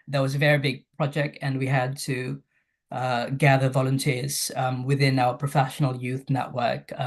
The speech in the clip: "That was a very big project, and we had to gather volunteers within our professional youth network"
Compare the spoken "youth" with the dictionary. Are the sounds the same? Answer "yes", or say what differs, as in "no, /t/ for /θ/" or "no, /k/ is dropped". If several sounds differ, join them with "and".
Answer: yes